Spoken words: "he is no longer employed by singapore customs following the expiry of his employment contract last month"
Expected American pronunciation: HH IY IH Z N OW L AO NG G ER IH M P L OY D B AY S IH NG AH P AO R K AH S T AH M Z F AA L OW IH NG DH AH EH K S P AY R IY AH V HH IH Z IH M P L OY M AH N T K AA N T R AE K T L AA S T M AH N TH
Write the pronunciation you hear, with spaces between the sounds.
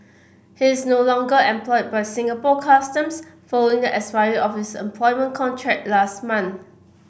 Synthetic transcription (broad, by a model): HH IY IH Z N OW L AO NG G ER IH M P L OY D B AY S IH NG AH P AO K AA S T AH M S F AA L OW IH NG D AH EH S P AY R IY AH F HH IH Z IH M P L OY M AH N K AA N T R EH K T L AA S T M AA N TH